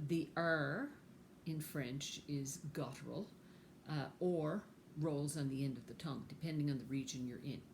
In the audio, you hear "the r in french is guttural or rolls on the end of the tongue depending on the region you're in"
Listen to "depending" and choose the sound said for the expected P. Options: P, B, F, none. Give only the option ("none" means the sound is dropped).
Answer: P